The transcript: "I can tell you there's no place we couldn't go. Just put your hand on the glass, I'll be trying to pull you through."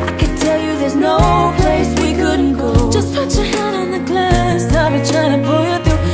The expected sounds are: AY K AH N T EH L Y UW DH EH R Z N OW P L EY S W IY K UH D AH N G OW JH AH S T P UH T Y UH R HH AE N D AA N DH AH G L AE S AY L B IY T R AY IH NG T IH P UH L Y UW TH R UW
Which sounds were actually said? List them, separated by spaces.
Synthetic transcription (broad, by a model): AY K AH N T EH L Y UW DH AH R Z N OW P L EY S W IY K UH D N G OW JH AH S T F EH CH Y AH R HH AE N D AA N DH AH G L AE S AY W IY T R AY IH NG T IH P UH L Y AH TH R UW